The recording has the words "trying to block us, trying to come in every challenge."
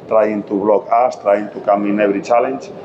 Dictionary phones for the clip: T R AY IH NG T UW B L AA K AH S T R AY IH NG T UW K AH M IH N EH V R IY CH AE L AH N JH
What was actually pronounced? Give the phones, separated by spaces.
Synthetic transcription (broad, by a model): T R AY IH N T UW B L AA K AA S T R AY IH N T UW K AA M IH N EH B R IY CH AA L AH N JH